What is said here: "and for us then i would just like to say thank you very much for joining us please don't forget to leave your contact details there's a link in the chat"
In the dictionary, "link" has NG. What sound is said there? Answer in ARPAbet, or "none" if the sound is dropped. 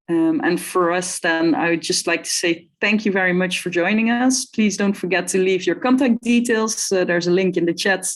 NG